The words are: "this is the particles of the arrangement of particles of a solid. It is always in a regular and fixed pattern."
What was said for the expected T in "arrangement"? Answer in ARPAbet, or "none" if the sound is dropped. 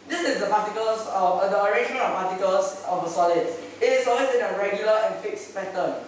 none